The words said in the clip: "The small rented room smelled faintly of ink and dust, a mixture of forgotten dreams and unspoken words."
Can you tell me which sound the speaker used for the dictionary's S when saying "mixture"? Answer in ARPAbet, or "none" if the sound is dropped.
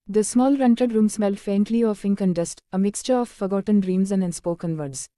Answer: S